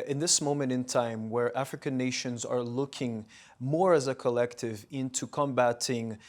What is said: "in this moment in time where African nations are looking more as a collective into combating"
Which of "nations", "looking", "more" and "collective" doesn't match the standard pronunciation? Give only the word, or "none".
none